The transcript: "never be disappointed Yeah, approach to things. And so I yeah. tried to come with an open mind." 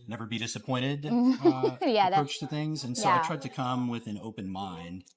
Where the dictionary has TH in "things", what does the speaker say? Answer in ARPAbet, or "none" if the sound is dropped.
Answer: TH